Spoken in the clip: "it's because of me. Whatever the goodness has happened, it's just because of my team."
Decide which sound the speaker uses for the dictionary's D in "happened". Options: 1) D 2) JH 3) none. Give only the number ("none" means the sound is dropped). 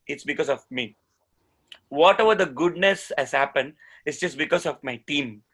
1